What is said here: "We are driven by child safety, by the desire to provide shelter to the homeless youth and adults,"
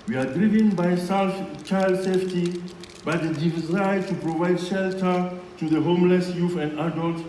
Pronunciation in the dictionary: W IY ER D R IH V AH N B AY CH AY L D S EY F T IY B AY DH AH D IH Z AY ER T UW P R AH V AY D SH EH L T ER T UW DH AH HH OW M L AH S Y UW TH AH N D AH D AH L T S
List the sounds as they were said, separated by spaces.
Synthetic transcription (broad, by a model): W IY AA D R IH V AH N B AY CH AY L D S EY F T IY B AY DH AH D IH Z AY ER T UW P R AH V AY D SH EH L T ER T UW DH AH HH OW M L AH S Y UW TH AH N D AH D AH L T